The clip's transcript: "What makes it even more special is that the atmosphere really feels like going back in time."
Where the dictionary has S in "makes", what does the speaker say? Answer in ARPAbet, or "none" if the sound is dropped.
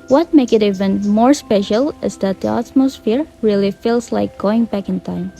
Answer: none